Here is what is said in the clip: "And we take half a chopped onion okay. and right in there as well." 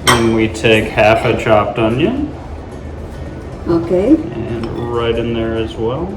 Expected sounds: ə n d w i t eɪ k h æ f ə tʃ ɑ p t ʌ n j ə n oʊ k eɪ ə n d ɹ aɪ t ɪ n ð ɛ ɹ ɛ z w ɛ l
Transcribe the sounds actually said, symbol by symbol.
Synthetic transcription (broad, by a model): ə n w i t eɪ k h æ f ə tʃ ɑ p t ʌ n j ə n oʊ k eɪ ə n ɹ aɪ t ɪ n ð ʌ ɹ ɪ z w ɛ l